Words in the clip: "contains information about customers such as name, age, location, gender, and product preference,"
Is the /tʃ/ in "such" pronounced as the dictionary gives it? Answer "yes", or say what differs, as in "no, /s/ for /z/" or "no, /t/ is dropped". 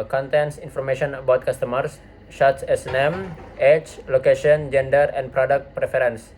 no, /s/ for /tʃ/